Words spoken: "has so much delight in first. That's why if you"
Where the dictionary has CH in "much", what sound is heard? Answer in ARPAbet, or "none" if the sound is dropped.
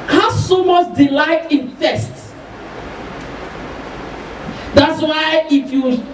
S